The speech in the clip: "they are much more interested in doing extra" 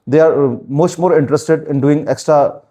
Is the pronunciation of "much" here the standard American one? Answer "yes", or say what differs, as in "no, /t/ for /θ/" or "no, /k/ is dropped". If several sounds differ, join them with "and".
no, /s/ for /tʃ/